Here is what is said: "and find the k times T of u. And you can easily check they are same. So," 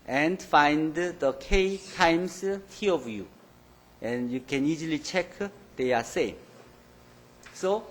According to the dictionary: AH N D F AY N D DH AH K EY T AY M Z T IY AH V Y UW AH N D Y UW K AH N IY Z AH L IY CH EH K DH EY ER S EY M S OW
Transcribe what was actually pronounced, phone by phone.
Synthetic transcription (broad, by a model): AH N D F AY N D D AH K EY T AY M S T IY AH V Y UW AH N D Y UW K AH N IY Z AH L IY CH EH K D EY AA S EY M S OW